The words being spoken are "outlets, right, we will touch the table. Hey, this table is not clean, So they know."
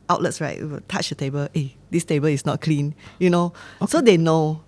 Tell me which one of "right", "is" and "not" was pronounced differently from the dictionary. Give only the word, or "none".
is